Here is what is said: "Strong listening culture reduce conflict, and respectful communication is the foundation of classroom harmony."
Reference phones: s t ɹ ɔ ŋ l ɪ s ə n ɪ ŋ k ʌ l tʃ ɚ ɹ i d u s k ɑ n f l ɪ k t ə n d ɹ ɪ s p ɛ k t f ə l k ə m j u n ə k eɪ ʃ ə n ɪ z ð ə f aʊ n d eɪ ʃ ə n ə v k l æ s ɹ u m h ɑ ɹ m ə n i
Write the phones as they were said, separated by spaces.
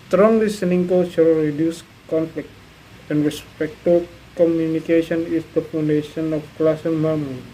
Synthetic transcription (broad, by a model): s t ɹ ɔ ŋ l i s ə n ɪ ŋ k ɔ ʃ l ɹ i d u s k ɑ n f l ɪ k t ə n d ɹ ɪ s p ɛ k t ə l k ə m j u n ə k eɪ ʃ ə n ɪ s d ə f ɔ n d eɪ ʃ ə n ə f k l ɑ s ɔ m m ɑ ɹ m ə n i